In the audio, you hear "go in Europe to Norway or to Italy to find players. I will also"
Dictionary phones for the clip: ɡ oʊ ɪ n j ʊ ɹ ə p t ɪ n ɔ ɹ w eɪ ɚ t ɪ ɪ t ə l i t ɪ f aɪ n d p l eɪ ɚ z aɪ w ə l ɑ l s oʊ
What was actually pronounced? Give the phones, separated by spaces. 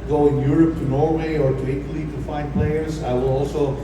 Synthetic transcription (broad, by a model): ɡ oʊ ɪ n j ʊ ɹ ə p t ɪ n ɔ ɹ w eɪ ɚ t ɪ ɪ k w l i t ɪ f aɪ n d p l eɪ ɚ z aɪ w ə l ɑ l s oʊ